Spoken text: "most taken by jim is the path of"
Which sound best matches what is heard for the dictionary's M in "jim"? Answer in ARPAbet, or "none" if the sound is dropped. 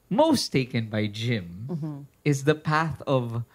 M